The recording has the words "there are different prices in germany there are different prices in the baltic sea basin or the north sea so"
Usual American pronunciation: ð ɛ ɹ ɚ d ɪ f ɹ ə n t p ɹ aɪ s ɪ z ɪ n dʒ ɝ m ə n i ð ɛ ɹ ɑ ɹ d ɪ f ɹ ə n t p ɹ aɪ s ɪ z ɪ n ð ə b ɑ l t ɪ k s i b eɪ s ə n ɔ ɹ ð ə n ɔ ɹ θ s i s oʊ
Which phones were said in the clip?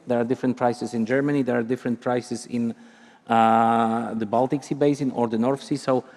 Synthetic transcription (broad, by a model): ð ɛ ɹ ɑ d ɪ f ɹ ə n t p ɹ aɪ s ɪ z ɪ n dʒ ɝ m ə n i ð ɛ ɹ ɑ ɹ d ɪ f ɹ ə n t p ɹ aɪ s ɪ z ɪ n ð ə b ɑ l t ɪ k s i b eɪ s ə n ɔ ɹ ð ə n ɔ ɹ f s i s oʊ